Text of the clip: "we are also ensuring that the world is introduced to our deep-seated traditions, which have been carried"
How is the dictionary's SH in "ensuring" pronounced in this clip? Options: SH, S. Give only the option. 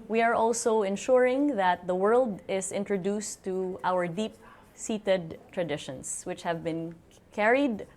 SH